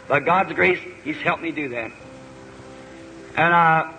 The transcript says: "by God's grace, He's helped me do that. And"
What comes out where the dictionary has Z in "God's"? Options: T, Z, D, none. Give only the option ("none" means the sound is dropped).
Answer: Z